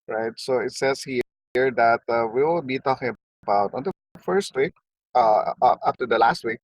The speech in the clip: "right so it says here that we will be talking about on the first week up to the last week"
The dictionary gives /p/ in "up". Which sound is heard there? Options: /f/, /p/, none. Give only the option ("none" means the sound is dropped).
/f/